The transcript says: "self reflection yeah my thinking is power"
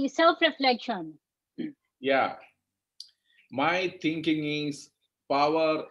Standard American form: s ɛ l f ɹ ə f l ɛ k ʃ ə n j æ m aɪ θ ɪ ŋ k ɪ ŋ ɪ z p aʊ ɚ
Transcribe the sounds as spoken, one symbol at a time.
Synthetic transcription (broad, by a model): s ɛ l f ɹ ə f l ɛ k ʃ ə n j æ m aɪ t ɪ ŋ k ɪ ŋ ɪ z p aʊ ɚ